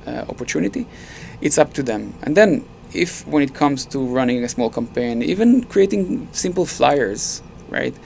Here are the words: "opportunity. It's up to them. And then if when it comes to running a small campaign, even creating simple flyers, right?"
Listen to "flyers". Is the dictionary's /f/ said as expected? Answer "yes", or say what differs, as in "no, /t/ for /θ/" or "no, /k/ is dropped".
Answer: yes